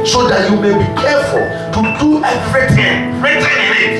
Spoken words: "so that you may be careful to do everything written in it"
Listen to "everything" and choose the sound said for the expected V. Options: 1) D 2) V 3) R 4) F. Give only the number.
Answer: 4